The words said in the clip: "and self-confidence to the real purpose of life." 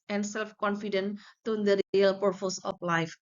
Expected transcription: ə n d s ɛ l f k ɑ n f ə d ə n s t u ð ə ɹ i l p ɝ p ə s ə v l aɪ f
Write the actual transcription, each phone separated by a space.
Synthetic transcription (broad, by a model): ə n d s ɛ l f k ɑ n f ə d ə n t u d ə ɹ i l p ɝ f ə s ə f l aɪ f